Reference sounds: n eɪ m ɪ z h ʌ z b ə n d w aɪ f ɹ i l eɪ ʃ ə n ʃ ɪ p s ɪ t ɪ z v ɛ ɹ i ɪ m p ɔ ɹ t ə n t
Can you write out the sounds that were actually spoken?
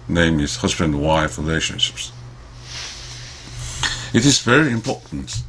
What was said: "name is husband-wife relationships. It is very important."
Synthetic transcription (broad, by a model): n eɪ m ɪ z h ʌ z b ə n d w aɪ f ɹ i l eɪ ʃ ə n ʃ ɪ p s ɪ t ɪ z v ɛ ɹ i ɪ m p ɔ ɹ t n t